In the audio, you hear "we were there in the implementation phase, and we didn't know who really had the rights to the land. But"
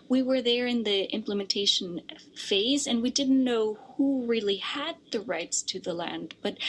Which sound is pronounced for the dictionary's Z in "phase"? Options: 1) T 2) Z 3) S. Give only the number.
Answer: 2